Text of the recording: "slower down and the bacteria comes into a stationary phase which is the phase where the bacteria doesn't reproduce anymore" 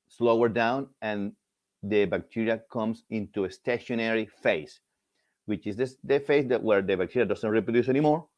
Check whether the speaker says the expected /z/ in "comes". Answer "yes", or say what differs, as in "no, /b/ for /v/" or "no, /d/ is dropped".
no, /s/ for /z/